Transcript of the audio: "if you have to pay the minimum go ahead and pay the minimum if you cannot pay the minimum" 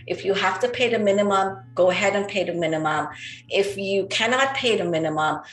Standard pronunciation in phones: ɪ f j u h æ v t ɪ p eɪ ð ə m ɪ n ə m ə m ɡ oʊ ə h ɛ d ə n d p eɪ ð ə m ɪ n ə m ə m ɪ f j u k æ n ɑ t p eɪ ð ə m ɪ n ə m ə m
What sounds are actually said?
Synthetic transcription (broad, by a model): ɪ f j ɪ h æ f t ɪ p eɪ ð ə m ɪ n ə m ə m ɡ oʊ ə h ɛ d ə n p eɪ ð ə m ɪ n ə m ə m ɪ f j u k æ n ɑ t p eɪ ð ə m ɪ n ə m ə m